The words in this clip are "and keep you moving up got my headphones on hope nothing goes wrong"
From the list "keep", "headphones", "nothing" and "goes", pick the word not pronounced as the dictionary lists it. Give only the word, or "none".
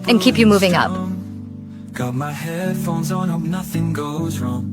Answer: none